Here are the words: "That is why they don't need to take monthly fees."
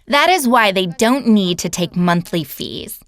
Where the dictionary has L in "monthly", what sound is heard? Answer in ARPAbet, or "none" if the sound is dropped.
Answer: L